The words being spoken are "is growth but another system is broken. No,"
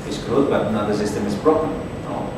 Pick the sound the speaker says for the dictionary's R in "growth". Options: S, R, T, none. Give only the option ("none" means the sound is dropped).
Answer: none